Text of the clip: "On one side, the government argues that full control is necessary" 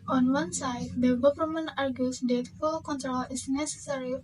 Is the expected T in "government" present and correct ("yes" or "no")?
no